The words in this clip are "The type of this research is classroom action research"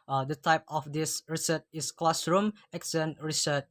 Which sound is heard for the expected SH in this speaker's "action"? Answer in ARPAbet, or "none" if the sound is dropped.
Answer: S